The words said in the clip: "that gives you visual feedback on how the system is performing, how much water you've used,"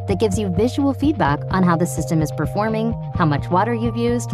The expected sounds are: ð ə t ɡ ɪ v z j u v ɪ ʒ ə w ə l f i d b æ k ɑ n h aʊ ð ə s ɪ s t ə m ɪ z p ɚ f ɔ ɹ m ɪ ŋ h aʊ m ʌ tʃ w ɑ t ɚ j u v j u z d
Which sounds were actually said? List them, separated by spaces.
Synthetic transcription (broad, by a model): ð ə t ɡ ɪ v z j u v ɪ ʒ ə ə l f i d b æ k n h aʊ ð ə s ɪ s t ə m ɪ z p ɚ f ɔ ɹ m ɪ ŋ h aʊ m ʌ tʃ w ɑ t ɚ j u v j u z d